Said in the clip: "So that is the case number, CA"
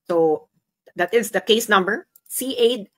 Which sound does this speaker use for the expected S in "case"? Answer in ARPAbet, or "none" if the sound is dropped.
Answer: S